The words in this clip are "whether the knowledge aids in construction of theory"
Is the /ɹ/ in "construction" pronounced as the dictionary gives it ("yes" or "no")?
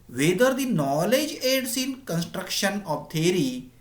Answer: yes